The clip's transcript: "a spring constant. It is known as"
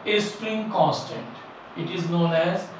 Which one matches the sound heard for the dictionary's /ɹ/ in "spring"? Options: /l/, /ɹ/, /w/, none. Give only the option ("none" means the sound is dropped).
/ɹ/